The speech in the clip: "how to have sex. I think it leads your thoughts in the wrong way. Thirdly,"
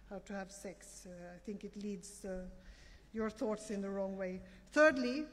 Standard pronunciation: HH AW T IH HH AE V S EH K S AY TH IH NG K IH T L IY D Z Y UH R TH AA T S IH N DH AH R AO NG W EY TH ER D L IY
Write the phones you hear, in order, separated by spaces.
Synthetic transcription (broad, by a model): HH AW T IH HH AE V S EH K S AY TH IH NG K IH T L IY D Z Y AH R TH AA T S IH N DH AH R AO NG W EY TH ER D L IY